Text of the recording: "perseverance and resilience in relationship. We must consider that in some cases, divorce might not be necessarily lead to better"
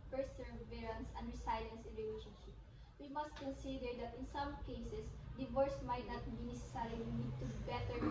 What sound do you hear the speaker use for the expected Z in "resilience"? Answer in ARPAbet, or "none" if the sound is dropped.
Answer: S